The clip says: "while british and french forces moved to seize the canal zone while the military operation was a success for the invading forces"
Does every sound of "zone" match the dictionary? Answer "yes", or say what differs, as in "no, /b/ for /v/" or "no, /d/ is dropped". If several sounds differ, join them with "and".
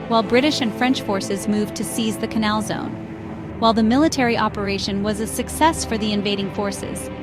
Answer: yes